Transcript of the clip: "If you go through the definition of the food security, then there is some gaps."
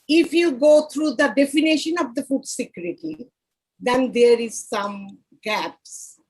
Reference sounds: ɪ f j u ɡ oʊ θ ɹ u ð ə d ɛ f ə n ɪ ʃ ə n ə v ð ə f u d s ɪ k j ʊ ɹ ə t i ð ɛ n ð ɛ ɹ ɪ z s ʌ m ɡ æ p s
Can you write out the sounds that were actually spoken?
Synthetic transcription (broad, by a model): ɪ f j u ɡ oʊ t ɹ u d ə d ɛ f ə n ɪ ʃ ə n ə v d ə f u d s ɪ k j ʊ ɹ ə t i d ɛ n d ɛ ɹ ɪ z s ʌ m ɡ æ p s